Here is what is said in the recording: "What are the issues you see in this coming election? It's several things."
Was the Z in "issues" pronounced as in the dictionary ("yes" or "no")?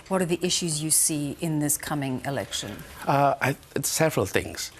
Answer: yes